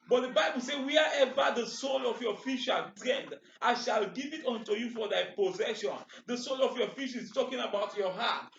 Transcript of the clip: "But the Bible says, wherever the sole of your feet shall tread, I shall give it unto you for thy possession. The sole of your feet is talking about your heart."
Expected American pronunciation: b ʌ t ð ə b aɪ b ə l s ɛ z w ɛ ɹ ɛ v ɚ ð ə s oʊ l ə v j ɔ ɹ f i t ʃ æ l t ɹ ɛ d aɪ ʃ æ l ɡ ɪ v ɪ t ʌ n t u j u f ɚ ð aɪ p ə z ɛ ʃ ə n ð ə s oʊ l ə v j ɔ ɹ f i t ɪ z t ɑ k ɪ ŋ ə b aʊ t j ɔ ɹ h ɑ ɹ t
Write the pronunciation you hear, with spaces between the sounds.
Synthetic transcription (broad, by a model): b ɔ t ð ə b aɪ b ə l s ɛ w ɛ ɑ ɛ v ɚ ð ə s oʊ l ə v j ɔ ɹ f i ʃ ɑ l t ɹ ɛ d aɪ ʃ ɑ l ɡ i v ɪ t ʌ n t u j u f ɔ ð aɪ p ə z ɛ ʃ ə n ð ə s oʊ l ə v j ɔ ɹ f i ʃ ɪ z t ɑ k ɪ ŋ ə b aʊ t j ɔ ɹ h ɑ t